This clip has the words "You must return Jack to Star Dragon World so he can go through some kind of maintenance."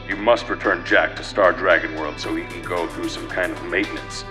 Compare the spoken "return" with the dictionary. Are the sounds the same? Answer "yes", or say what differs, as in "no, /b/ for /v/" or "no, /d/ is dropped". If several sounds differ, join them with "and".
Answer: yes